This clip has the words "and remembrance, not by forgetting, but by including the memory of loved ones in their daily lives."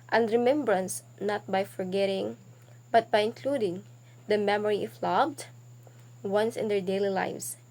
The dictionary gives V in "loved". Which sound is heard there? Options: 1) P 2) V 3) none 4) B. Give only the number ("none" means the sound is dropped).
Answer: 4